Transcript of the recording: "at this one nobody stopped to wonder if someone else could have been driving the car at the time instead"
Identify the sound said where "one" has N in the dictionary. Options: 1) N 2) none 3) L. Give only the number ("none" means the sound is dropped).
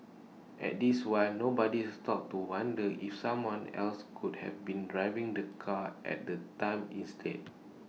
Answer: 3